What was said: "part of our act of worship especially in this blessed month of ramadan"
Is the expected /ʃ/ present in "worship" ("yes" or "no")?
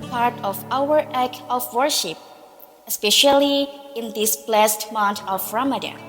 yes